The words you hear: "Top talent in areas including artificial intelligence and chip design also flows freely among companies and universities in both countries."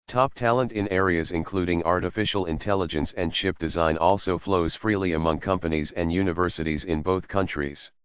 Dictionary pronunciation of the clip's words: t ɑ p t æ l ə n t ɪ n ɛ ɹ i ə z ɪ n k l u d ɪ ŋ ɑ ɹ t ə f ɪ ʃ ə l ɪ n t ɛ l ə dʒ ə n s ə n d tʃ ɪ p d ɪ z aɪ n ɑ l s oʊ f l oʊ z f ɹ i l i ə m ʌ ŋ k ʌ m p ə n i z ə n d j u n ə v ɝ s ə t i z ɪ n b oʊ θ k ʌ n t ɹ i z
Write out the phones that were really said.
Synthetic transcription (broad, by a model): t ɑ p t æ l ə n t ɪ n ɛ ɹ i ə z ɪ n k l u d ɪ ŋ ɑ ɹ t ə f ɪ ʃ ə l ɪ n t ɛ l ə dʒ ə n s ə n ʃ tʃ ɪ p d ɪ z aɪ n ɑ l s oʊ f l oʊ z f ɹ i l i ə m ʌ ŋ k ʌ m p ə n i z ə n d j u n ə v ɝ s ə t i z ɪ n b oʊ θ k ʌ n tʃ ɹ i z